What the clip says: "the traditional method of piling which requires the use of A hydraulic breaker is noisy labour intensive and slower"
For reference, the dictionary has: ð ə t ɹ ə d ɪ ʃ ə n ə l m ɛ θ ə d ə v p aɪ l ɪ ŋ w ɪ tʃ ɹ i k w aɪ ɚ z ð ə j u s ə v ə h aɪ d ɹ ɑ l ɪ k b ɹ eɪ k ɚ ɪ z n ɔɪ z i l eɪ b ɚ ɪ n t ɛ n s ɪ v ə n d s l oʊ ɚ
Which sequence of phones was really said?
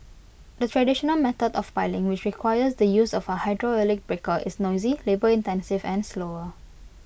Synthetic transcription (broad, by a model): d ə t ɹ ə d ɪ ʃ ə n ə l m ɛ t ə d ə f p aɪ l ɪ ŋ w ɪ tʃ ɹ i k w aɪ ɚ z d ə j u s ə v ə h aɪ d ɹ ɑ l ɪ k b ɹ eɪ k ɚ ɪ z n ɔɪ z i l eɪ b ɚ ɪ n t ɛ n s ɪ v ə n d s l oʊ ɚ